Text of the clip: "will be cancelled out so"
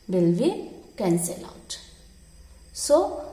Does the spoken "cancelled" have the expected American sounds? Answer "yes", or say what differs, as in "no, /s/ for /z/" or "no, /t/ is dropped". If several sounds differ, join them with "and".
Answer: no, /d/ is dropped